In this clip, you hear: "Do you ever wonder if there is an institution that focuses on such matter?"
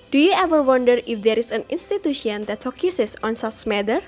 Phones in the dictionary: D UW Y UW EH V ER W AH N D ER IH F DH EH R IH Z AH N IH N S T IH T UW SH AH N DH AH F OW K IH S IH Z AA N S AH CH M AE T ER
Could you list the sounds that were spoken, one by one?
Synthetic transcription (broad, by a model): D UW Y UW EH V ER W AH N D ER IH F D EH R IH S AH N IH N S T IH T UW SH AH N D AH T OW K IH S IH S AA N S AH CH M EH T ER